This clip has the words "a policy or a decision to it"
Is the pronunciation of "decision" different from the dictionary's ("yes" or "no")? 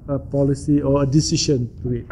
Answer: yes